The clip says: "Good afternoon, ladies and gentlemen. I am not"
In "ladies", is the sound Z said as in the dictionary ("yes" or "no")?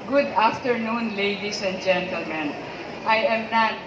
no